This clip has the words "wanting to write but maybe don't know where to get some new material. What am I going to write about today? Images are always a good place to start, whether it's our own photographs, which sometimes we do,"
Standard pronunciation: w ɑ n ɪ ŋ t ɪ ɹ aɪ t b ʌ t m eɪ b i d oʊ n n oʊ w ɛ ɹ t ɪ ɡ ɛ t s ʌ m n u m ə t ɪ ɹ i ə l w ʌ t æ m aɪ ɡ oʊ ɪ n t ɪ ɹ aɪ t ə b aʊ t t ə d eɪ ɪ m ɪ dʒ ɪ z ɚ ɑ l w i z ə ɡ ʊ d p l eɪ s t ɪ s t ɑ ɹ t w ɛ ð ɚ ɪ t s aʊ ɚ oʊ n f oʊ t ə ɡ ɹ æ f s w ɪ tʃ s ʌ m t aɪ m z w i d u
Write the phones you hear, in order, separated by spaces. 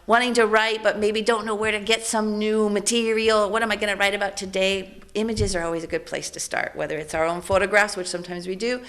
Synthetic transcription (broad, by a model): w ɑ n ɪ ŋ t ɪ ɹ aɪ t b ʌ t m eɪ b i d oʊ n n oʊ w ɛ ɹ t ɪ ɡ ɛ t s ʌ m n u m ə t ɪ ɹ i l w ʌ t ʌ m aɪ ɡ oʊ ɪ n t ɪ ɹ aɪ t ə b aʊ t t ə d eɪ ɪ m ɪ dʒ ɪ z ɚ ɑ l w i z ə ɡ ʊ d p l eɪ s t ɪ s t ɑ ɹ t w ɛ ð ɚ ɪ t s aʊ ɚ oʊ n f oʊ t ə ɡ ɹ æ f s w ɪ tʃ s ʌ m t aɪ m z w i d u